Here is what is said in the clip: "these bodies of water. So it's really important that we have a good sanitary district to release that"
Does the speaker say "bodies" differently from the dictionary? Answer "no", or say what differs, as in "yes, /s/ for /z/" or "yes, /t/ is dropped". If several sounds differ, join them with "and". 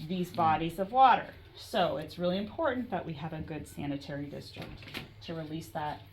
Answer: no